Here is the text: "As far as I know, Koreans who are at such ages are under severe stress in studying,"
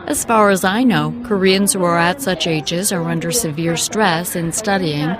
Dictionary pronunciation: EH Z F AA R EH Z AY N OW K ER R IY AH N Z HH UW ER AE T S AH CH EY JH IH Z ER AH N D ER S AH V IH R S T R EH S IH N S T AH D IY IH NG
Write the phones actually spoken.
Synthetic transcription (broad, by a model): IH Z F AA R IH Z AY N OW K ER R IY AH N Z HH UW ER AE T S AH CH EY JH IH Z ER AH N D ER S AH V IH R S T R EH S IH N S T AH D IY IH NG